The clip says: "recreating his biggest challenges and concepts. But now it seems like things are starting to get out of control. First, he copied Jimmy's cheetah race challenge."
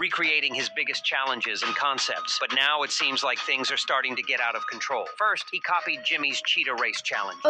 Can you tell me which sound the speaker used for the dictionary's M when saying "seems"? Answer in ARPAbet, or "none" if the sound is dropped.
M